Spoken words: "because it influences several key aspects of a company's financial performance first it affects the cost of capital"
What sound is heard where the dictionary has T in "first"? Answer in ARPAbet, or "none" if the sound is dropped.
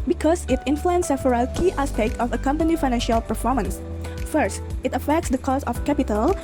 T